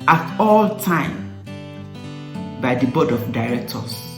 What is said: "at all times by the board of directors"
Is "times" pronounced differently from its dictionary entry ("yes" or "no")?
yes